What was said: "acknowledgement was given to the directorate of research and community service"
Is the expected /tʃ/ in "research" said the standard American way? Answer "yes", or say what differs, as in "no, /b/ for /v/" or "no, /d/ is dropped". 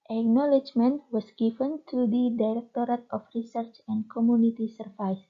yes